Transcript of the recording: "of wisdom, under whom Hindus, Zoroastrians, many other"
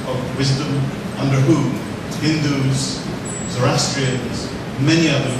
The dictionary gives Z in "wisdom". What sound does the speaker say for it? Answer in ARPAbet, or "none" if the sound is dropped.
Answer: Z